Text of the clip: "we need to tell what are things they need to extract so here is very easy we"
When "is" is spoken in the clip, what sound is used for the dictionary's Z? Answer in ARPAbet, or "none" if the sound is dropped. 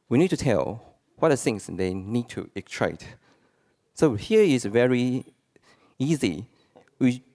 S